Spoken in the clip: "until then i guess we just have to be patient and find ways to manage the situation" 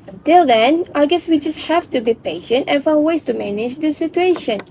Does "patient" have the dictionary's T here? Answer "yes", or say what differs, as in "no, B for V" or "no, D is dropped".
yes